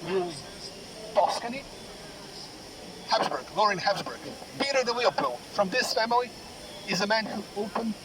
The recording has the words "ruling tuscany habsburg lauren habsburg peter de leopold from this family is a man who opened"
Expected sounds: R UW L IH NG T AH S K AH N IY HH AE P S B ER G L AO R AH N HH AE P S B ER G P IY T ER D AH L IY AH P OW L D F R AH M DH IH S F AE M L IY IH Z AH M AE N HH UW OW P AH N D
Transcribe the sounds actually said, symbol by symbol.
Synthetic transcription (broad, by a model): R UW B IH S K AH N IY HH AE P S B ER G L AO R AH N HH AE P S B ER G B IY T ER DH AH W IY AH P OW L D F R AH M DH IH S F AE M L IY IH Z AH M AE N HH UW OW P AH N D